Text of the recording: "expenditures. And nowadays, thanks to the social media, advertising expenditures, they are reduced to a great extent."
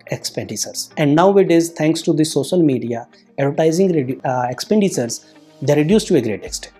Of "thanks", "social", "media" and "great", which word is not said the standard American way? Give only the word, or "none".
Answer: thanks